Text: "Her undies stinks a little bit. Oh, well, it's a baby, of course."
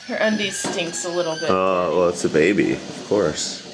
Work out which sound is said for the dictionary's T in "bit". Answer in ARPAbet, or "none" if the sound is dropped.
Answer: none